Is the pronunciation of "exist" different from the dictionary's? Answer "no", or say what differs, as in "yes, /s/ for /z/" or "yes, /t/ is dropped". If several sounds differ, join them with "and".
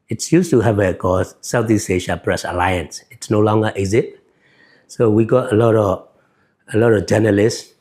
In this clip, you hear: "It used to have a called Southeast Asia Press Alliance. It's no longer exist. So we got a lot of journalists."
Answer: yes, /s/ is dropped